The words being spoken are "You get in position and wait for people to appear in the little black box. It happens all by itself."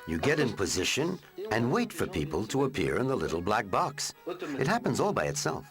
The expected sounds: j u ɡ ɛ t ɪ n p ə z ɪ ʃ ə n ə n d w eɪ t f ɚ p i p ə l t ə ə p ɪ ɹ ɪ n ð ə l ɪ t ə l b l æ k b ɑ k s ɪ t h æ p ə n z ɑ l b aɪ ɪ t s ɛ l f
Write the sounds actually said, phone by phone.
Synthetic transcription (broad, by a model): j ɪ ɡ ɛ t ɪ n p ə z ɪ ʃ ə n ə n w eɪ t f ɚ p i p ə l t ə ə p ɪ ɹ ɪ n ð ə l ɪ t l b l æ k b ɑ k s ɪ t h æ p ə n z ɑ l b aɪ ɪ t s ɛ l f